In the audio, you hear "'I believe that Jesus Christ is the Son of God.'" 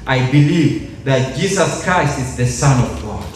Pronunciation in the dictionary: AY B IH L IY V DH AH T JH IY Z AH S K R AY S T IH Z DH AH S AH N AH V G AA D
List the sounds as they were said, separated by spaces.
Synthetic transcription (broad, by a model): AY B IH L IY V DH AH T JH IY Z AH S K R AY S T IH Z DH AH S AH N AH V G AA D